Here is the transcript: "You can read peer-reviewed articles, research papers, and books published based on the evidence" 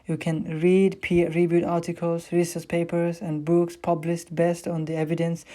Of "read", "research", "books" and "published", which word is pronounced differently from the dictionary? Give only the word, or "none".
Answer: research